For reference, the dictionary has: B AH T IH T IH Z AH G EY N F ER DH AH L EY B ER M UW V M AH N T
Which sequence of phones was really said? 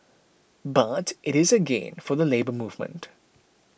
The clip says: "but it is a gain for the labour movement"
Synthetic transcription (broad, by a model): B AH T IH T IH Z AH G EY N F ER DH AH L EY B ER M UW V M AH N T